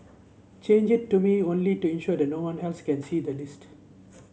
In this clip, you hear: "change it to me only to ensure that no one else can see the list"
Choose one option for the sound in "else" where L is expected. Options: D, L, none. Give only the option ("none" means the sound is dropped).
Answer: L